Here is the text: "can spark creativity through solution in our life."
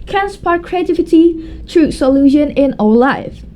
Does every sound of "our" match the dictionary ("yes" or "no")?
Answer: no